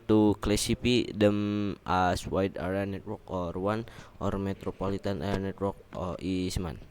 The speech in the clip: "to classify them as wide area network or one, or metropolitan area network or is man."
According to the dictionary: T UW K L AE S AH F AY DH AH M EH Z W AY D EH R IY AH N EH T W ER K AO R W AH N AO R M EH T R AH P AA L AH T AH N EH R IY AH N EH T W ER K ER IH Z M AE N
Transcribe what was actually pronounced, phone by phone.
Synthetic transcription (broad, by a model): T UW K L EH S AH P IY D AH M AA S W AY D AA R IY N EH T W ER K AO R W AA N AO R M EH T R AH P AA L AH T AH N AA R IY N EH T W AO K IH S M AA N